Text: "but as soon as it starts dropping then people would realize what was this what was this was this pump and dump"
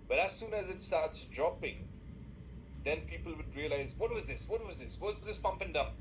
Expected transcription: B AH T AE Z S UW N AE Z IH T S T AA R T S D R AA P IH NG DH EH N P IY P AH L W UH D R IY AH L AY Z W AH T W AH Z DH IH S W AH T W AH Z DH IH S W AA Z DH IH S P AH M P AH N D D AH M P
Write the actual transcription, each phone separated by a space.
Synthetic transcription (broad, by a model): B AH T AE Z S UW N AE Z IH T S T AA R T S D R AA P IH NG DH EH N P IY P AH L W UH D R IY AH L AY Z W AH T W AH Z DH IH S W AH T W AH Z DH IH S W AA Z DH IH S P AH M P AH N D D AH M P